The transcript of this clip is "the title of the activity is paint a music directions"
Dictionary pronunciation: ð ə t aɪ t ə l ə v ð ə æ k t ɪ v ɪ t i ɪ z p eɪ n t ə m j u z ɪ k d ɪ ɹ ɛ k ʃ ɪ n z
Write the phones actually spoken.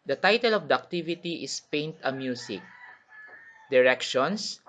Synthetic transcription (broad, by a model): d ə t aɪ t ə l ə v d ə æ k t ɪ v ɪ t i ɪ s p eɪ n t ə m j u s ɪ k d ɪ ɹ ɛ k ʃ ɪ n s